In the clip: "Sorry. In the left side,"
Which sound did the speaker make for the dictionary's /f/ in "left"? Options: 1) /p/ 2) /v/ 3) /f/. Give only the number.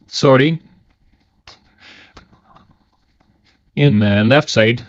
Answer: 3